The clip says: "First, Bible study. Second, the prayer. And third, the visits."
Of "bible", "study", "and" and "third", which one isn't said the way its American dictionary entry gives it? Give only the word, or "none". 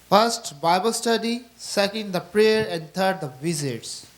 third